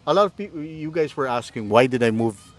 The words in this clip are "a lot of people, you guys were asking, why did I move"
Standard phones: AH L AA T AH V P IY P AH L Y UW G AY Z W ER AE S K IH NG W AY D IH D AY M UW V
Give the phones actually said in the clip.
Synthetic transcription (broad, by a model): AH L AA T AH V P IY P Y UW G AY Z W ER AE S K IH NG W AY D IH D AY M UW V